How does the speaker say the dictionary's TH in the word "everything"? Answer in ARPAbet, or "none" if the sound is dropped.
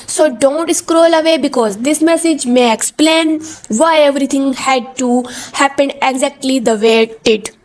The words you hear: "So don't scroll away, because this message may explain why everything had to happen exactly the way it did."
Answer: T